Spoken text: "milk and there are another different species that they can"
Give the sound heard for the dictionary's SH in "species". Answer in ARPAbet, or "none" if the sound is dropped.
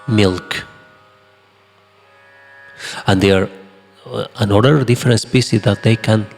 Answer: S